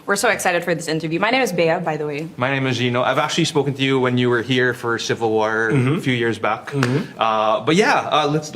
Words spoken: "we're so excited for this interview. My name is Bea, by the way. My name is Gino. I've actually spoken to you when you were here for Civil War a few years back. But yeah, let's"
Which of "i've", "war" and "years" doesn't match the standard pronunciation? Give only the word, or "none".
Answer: none